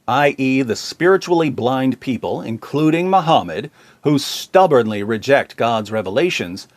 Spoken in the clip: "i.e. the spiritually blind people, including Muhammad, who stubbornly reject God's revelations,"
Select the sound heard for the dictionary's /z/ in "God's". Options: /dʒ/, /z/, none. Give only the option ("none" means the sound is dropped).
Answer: /z/